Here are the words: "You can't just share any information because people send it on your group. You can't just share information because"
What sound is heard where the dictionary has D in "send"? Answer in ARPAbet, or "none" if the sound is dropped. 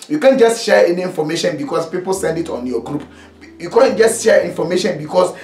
D